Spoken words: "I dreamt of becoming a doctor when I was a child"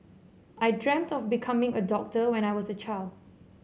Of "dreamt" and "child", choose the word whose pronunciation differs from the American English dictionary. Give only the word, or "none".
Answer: none